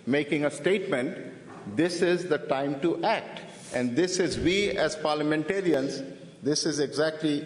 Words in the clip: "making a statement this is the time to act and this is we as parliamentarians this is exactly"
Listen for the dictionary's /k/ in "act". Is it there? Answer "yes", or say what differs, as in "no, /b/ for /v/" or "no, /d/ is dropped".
yes